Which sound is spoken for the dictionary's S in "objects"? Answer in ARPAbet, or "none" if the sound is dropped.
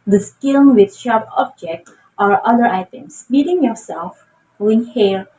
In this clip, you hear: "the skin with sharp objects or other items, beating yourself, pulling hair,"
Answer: none